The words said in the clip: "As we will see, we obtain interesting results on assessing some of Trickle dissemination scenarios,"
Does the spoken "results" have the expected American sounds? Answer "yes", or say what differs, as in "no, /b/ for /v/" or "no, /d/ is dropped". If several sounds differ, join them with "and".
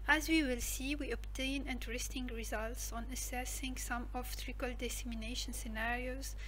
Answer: yes